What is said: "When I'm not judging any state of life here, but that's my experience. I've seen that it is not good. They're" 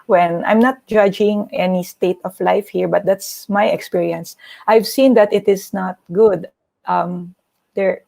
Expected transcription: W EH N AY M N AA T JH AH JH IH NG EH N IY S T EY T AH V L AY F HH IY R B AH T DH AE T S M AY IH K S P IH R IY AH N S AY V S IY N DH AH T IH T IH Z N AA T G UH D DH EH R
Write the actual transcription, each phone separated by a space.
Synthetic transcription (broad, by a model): W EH N AY M N AA T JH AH JH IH NG EH N IY S T EY T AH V L AY F HH IY R B AH T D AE T S M AY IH K S P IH R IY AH N S AY V S IY N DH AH T IH T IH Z N AA T G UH D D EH R